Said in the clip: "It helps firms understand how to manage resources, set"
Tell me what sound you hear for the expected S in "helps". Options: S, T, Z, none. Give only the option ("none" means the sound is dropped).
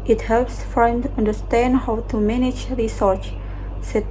S